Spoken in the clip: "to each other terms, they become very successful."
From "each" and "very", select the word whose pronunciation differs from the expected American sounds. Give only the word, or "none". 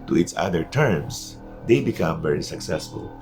each